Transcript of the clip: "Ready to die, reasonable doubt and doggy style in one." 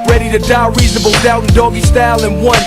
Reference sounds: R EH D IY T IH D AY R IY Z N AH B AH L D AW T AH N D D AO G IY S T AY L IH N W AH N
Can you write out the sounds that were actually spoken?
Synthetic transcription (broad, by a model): R EH D IY T IH D AY R IY Z N AH B AH L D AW AH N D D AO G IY S T AY L IH N W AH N